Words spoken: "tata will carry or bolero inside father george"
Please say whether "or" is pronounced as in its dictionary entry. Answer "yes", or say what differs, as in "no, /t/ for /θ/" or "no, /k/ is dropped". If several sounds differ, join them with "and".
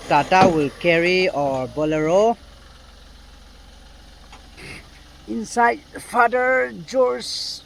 yes